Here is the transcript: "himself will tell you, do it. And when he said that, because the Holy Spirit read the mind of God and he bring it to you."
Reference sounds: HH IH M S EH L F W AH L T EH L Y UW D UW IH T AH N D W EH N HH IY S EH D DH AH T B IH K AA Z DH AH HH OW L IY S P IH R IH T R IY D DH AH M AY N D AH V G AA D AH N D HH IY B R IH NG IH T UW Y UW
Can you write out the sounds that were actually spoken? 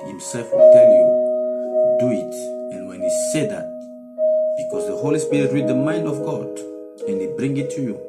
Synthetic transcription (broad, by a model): HH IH M S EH L F W AH L T EH L Y UW D UW IH T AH N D W EH N HH IY S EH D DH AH T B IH K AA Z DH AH HH OW L IY S P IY R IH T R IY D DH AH M AY N D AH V G AA D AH N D HH IY B R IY NG IH T UW Y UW